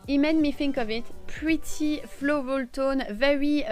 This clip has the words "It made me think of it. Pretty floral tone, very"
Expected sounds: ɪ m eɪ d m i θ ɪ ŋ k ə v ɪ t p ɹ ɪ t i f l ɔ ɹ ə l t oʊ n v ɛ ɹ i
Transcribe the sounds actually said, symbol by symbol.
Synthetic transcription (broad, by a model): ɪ m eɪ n m i f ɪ ŋ k ə v ɪ t p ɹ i t i f l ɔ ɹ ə l t oʊ n v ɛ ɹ i